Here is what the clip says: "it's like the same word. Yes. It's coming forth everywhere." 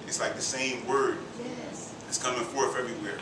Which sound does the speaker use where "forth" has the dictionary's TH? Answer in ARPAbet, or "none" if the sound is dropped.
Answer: F